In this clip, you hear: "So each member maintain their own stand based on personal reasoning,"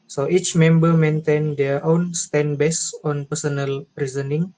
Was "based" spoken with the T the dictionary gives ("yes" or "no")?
no